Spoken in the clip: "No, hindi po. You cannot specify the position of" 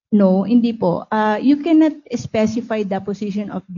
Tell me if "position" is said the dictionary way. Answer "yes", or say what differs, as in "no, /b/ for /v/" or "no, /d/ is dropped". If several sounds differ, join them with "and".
no, /s/ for /z/